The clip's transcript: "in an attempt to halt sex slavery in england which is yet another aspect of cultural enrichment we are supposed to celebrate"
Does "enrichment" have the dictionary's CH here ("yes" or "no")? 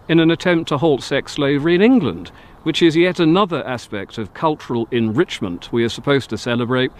yes